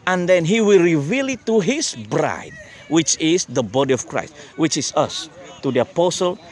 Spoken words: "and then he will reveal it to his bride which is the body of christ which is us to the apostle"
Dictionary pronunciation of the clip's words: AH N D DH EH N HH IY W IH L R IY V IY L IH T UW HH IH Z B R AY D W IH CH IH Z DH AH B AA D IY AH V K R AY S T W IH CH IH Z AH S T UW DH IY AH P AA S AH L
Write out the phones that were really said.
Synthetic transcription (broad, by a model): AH N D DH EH N HH IY W IH L R IY V IY L IH T UW HH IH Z B R AY D W IH CH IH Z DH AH B AA D IY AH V K R AY S T W IH CH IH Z AH S T UW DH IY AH P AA S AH L